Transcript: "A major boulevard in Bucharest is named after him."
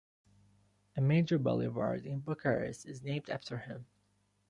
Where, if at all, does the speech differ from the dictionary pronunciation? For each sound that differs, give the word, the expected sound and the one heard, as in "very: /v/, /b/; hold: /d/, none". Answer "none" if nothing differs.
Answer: bucharest: /t/, none